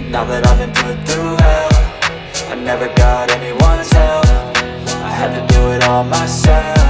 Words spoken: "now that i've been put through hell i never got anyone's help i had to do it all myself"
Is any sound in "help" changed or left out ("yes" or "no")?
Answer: yes